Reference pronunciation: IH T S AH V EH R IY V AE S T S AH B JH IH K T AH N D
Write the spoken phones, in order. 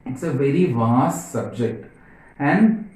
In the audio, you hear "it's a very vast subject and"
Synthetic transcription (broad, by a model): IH T S AH V EH R IY V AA S T S AH B JH IH K T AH N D